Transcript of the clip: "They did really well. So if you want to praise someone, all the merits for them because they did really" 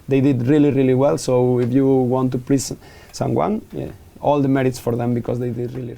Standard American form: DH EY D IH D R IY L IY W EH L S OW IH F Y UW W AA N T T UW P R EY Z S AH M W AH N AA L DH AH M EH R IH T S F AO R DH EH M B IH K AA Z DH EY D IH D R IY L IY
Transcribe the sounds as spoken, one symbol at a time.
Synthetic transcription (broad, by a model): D EY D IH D R IY L IY W EH L S OW IH F Y UW W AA N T T UW P L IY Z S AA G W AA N AA L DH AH M EH R IH T S F AO R DH EH M B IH K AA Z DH EY D IH D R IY L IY